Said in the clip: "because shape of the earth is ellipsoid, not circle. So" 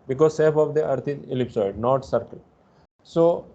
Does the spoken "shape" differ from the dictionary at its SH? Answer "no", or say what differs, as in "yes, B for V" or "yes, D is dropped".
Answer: yes, S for SH